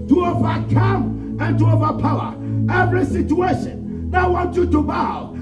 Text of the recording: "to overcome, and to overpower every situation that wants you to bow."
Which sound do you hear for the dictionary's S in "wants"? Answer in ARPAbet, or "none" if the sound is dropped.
none